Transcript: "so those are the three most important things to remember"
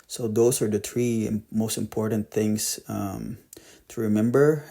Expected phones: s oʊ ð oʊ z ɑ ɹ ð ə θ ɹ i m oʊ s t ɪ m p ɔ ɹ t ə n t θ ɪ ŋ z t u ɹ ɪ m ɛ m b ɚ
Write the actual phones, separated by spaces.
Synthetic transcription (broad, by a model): s oʊ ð oʊ s ɑ ɹ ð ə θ ɹ i m oʊ s t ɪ m p ɔ ɹ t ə n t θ ɪ ŋ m t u ɹ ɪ m ɛ m b ɚ